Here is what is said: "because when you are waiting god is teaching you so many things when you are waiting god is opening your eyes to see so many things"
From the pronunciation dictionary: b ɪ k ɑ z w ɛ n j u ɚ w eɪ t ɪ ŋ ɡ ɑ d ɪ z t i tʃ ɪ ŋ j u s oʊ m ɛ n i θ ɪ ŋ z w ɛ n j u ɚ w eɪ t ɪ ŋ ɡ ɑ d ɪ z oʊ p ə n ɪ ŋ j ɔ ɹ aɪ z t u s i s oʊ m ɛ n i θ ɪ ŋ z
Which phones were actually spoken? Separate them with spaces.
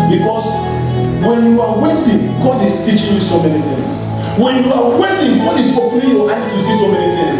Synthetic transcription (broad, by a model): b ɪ k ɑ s w ɛ n j u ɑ w eɪ t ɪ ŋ ɡ ɑ d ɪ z t i tʃ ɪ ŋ j u s oʊ m ɛ n i t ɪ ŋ s w ɛ n j u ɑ w eɪ t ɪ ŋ ɡ ɑ d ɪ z oʊ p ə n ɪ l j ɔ l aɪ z t u s i s oʊ m ɛ n i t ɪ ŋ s